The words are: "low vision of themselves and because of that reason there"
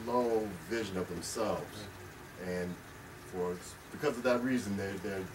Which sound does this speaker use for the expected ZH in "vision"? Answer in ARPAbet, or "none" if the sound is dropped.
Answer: ZH